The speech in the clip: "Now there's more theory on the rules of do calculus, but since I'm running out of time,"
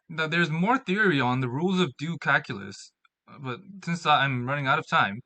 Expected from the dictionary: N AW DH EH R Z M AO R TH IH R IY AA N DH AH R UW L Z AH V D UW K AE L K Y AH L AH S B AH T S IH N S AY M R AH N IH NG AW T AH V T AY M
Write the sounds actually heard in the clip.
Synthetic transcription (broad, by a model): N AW DH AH R Z M AO R TH IH R IY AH N DH AH R UW L Z AH V D UW K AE K Y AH L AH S B AH T S IH N S AY M R AH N IH NG AW T AH V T AY M